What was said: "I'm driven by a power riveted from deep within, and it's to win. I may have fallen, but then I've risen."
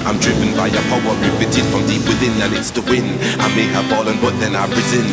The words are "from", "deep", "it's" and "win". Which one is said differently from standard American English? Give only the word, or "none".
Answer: none